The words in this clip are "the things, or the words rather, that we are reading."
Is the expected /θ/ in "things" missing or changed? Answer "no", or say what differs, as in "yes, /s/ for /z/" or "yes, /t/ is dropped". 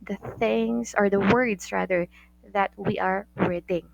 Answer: no